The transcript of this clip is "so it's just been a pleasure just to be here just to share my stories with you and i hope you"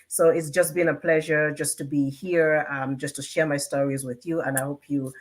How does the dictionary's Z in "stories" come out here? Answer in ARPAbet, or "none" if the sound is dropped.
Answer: Z